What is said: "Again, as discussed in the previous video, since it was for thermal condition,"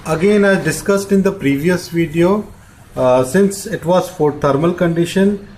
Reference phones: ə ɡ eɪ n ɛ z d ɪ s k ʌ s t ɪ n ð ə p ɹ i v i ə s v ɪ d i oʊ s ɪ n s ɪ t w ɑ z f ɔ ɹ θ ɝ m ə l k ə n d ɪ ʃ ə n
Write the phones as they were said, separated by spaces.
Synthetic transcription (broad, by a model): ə ɡ eɪ n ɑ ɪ d ɪ s k ʌ s t ɪ n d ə p ɹ i v i ə s v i d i oʊ s ɪ n s ɪ t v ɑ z f ɔ ɹ t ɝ m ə l k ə n d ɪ ʃ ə n